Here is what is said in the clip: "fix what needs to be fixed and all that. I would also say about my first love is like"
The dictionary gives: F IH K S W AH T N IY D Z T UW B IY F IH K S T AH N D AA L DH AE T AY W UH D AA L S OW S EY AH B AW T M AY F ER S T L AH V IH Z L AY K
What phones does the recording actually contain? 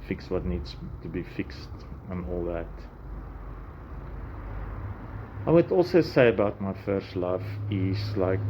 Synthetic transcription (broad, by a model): F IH K S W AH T N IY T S T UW B IY F IH K S T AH N AA L DH AE T AY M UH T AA L S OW S EY AH B AW T M AY F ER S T L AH F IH S L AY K